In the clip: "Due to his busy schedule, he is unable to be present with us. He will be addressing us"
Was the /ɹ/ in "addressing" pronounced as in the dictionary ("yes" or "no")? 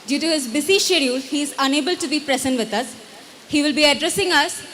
yes